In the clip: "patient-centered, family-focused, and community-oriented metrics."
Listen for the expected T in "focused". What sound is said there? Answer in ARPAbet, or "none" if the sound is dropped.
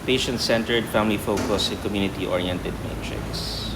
none